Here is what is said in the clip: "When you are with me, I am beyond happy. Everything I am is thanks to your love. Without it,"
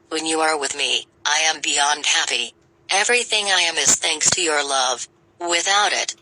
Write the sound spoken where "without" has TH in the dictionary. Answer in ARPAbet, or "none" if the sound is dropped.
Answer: TH